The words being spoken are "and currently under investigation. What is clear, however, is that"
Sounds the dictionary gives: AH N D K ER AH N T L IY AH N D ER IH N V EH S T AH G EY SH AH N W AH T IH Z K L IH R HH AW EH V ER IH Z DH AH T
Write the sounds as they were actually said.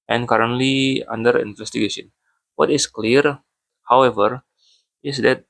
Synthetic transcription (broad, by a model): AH N K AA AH N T L IY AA N D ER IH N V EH S T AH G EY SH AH N W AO T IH S K L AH R HH AW EH V ER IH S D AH T